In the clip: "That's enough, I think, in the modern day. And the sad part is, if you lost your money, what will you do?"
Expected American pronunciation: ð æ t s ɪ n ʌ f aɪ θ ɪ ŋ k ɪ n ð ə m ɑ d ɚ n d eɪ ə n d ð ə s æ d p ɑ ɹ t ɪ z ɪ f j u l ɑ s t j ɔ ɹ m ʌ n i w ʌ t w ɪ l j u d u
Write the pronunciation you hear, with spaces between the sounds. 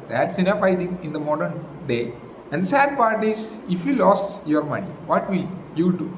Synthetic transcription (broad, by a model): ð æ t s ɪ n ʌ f aɪ t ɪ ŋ ɪ n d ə m ɑ d ɚ n d eɪ ə n d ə s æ d p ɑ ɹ t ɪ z ɪ f j u l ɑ s j ɔ ɹ m ʌ n i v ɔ t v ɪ l j u d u